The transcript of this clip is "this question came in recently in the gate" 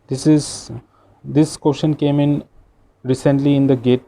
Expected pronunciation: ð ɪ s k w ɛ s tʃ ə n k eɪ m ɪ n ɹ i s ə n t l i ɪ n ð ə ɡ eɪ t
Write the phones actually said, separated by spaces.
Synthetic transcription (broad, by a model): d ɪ s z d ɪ s ʃ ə n k eɪ m ɪ n ɹ i s ə n t l i ɪ n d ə ɡ eɪ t